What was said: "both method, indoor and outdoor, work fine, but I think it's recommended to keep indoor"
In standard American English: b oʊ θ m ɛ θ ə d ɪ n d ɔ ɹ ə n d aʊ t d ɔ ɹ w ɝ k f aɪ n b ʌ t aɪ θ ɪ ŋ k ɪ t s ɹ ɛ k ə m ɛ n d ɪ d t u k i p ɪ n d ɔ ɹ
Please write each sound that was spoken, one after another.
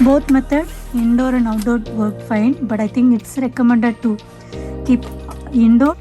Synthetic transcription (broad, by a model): b oʊ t m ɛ t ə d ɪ n d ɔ ɹ ə n d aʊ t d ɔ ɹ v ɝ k f aɪ n b ʌ t aɪ t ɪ ŋ k ɪ t s ɹ ɛ k ə m ɛ n d ɪ d t u k i p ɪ n d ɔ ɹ